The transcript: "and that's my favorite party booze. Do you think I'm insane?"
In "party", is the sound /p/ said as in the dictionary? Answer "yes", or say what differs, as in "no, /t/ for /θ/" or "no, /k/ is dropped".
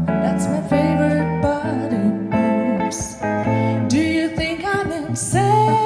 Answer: no, /b/ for /p/